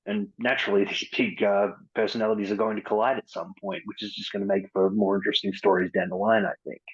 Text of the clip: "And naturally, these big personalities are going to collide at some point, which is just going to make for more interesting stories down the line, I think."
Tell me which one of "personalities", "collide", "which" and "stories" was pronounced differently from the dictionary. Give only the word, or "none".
none